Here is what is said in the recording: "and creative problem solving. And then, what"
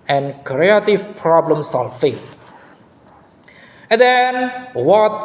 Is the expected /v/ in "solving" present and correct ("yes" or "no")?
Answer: no